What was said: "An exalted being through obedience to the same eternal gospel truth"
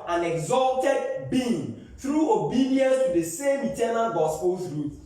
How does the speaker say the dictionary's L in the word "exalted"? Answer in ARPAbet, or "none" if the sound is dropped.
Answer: L